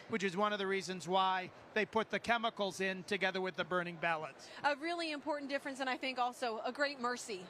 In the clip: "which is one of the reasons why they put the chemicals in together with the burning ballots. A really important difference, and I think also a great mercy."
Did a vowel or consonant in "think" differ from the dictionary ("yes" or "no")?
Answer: no